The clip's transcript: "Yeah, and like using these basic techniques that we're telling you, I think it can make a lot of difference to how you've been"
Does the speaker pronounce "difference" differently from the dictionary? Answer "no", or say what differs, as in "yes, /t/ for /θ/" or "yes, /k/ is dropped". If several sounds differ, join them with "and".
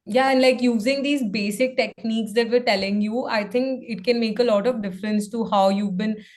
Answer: no